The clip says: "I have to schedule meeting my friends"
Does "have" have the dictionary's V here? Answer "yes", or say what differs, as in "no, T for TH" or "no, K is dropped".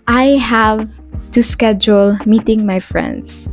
yes